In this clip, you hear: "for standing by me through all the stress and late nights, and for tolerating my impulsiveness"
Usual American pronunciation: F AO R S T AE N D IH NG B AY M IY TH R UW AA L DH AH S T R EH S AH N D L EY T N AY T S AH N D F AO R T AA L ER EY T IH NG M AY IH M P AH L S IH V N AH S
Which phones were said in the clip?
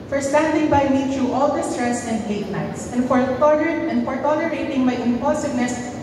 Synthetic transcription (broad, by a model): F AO R S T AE N D IH NG B AY M IY T R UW AA L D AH S T R EH S AH N D L EY T N AY T S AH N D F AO R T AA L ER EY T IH NG M AY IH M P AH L S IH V N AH S